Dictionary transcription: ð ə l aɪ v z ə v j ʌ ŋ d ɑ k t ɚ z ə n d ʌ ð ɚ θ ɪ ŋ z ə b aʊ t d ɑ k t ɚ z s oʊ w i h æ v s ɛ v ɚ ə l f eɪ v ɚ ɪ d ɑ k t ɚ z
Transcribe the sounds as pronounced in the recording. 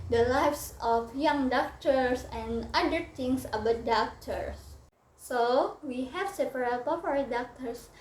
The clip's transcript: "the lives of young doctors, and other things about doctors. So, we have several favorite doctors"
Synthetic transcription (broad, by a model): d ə l aɪ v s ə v j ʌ ŋ d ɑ k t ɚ s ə n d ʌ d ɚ t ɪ ŋ s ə b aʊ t d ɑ k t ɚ s oʊ w i h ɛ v s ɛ p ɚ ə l p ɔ p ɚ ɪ d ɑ k t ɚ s